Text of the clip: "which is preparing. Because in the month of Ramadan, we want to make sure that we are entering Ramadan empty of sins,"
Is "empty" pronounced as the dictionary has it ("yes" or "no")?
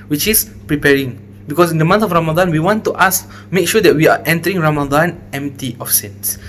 yes